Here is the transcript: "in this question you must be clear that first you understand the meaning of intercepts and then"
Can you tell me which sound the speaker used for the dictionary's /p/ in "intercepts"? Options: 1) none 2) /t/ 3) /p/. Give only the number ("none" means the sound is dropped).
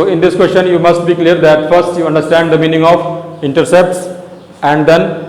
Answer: 3